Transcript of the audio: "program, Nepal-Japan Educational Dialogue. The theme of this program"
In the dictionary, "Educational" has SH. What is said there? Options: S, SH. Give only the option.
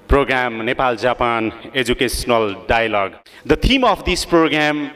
S